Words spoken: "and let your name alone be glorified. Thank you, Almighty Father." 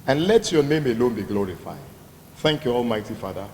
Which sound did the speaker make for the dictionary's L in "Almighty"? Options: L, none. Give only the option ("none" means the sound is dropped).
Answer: L